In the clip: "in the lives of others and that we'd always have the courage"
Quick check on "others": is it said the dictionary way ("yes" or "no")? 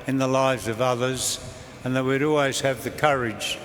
yes